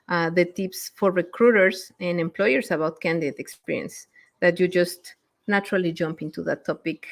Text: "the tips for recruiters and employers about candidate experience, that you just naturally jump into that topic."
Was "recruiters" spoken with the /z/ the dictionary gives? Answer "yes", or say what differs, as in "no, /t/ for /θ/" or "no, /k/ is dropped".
no, /s/ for /z/